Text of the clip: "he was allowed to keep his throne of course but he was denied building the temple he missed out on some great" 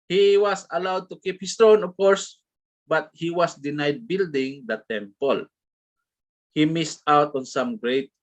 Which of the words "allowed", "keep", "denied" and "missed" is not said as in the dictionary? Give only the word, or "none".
none